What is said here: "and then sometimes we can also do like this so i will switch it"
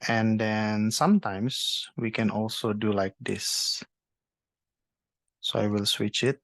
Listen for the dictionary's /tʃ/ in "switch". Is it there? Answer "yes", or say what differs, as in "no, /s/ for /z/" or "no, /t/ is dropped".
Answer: yes